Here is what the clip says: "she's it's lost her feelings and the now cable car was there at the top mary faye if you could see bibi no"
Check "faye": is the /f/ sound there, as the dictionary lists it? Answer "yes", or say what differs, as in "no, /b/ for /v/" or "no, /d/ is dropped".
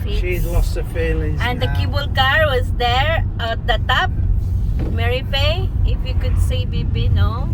no, /p/ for /f/